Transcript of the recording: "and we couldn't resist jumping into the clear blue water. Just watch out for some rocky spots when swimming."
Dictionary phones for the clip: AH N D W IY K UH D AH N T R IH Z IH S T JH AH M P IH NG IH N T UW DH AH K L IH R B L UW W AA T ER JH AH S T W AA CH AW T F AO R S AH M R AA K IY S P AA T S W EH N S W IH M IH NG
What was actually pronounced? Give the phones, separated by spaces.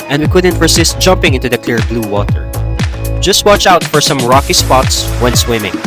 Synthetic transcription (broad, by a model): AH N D W IY K UH D AH N T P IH S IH S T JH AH M P IH NG IH N T UW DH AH K L IH R B L UW W AA T ER JH AH S T W AA CH AW T F AO R S AH M R AA K IY S P AA T S W EH N S W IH M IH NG